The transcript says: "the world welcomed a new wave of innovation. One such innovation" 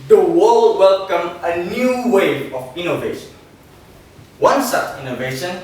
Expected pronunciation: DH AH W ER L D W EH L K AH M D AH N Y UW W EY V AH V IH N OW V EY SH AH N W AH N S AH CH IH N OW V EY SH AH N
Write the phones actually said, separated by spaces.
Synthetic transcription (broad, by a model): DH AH W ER L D W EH L K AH M AH N Y UW W EY AH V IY N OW V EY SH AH N W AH N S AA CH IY N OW V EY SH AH N